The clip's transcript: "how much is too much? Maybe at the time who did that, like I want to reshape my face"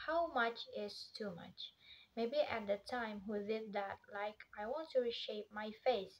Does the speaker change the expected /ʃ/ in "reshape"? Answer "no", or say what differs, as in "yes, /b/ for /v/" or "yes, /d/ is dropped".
no